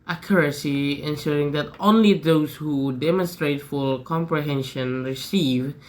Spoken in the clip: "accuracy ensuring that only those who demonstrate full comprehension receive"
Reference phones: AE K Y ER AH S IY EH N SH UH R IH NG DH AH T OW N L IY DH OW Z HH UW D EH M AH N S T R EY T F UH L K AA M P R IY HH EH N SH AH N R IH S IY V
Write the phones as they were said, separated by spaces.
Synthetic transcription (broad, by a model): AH K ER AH S IY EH N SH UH R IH NG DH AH T OW N L IY DH OW Z HH UW D EH M AH N S T R EY T F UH L K AA M P R IY HH EH N SH AH N R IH S IY V